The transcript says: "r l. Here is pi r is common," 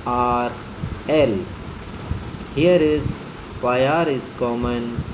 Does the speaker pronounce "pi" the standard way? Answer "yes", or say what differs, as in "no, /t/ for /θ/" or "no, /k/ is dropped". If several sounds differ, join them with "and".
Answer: no, /f/ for /p/